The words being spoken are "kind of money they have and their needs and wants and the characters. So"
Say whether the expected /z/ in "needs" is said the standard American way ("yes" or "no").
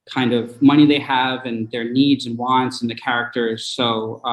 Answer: yes